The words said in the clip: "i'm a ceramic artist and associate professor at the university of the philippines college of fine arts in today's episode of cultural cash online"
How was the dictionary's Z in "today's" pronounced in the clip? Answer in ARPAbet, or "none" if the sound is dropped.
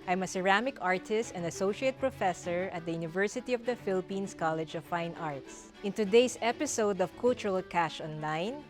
S